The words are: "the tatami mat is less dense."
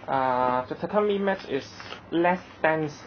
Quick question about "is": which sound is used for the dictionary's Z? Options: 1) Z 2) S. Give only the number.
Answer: 2